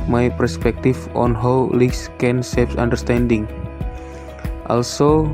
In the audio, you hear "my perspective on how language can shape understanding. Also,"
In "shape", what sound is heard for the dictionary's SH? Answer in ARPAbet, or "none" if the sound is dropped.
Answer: S